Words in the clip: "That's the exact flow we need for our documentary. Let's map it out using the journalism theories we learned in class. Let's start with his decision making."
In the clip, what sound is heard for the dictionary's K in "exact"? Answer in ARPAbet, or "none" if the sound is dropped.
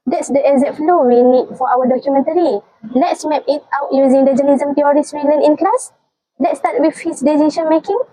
none